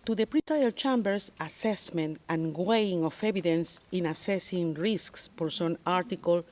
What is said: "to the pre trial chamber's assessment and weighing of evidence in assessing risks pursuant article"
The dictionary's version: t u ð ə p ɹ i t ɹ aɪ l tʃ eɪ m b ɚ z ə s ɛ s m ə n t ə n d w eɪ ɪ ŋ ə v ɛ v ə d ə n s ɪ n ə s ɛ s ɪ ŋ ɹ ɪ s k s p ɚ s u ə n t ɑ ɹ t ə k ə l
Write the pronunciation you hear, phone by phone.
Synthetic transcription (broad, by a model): t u ð ə p ɹ i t aɪ l tʃ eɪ m b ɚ s ə s ɛ s m ə n t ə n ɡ w eɪ ɪ ŋ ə f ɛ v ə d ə n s ɪ n ə s ɛ s ɪ ŋ ɹ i s k s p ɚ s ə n ɑ ɹ t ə k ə l